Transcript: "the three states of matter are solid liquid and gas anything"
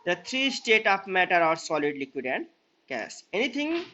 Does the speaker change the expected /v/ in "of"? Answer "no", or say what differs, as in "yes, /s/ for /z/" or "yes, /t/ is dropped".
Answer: yes, /p/ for /v/